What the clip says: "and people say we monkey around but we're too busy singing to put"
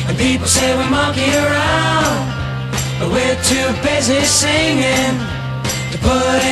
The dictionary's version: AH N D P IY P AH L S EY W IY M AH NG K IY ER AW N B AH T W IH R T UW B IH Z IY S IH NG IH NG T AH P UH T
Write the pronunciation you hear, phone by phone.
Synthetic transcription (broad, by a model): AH N P IY P L S EY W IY M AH K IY ER AW N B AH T W IH R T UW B IH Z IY S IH NG IH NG T AH P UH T